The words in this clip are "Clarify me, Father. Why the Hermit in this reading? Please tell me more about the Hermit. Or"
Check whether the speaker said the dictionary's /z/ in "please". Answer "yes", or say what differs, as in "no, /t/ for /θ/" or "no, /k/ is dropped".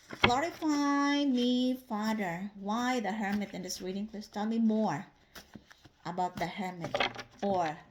no, /s/ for /z/